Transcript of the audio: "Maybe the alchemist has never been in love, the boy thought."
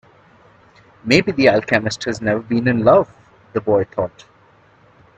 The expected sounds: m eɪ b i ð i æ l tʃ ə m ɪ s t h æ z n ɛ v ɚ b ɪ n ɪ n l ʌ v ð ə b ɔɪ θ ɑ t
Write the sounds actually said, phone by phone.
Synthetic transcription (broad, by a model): m eɪ b i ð i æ l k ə m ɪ s t h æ z n ɛ v ɚ b ɪ n ɪ n l ʌ v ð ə b ɔɪ t ɑ t